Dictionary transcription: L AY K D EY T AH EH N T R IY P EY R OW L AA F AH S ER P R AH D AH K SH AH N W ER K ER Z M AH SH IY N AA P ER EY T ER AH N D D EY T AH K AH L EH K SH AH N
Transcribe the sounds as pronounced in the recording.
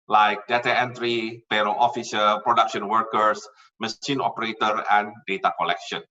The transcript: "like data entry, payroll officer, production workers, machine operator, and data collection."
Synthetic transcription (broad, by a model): L AY K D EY T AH EH N T R IY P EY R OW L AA F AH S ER P R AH D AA K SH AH N W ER K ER S M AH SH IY N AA P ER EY T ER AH N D D EY T AH K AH L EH K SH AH N